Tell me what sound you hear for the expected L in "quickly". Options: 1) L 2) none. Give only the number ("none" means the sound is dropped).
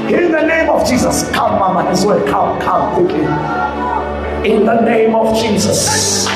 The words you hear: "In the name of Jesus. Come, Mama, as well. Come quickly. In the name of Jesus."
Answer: 2